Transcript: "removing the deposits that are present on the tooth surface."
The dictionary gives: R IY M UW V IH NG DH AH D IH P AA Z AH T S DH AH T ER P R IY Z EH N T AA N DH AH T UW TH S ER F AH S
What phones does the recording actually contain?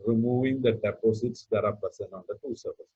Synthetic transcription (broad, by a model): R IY M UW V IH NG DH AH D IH P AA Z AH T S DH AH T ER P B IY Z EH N AA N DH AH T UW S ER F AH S